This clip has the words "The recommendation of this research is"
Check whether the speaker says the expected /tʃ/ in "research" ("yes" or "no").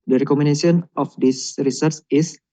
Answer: no